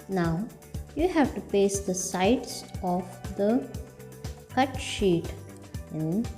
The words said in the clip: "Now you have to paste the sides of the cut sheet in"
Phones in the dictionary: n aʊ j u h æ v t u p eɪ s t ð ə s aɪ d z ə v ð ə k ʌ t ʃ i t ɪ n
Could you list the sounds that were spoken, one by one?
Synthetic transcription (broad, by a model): n aʊ j u h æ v t u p eɪ s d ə s aɪ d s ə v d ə k ʌ t ʃ i t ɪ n